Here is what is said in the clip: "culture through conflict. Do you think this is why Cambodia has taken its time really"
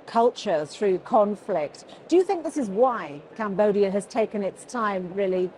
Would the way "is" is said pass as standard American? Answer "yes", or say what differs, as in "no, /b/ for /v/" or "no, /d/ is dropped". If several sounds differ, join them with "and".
yes